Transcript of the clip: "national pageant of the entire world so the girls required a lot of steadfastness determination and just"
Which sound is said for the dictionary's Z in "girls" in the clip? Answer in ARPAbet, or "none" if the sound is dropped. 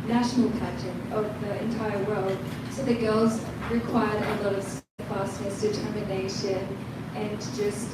Z